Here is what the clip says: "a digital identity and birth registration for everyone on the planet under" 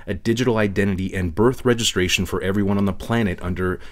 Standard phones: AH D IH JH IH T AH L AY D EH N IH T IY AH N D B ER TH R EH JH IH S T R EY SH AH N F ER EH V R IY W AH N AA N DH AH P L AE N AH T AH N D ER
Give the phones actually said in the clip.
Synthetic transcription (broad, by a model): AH D IH JH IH T L AY D EH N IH T IY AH N B ER TH R EH JH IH S T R EY SH N F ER EH V R IY W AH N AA N DH AH P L AE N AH T AH N D ER